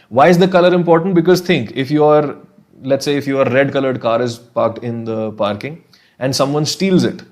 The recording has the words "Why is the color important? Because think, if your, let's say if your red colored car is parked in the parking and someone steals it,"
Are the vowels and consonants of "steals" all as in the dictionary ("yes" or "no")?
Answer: yes